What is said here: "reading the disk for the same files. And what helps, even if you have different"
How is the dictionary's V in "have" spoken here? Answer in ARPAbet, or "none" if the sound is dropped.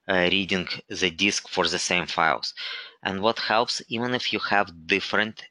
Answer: V